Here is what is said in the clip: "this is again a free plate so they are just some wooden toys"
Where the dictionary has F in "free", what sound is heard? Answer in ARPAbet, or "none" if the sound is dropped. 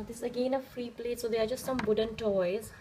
F